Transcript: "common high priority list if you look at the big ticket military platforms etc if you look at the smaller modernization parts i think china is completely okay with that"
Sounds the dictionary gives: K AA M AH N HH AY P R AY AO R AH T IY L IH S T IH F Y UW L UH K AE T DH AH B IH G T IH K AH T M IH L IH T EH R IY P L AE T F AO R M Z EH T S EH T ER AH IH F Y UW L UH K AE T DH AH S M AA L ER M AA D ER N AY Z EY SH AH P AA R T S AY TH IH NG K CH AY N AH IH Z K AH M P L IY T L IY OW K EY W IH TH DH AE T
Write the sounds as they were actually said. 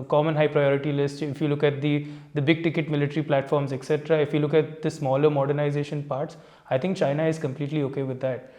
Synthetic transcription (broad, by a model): K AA M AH N HH AY P R AY AO R AH T IY L IH S T IH F Y UW L UH K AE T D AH B IH G T IH K AH T M IH L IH T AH R IY P L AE T F AO R M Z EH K S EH T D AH IH F Y UW L UH K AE T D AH S M AA L ER M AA D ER N AY Z EY SH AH P AA R T S AY T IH NG K CH AY N AH IH Z K AH M P L IY T L IY OW K EY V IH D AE T